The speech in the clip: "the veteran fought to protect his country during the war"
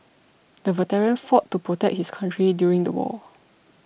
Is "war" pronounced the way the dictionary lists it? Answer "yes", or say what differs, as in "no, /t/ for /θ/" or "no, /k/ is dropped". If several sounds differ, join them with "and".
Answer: no, /l/ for /ɹ/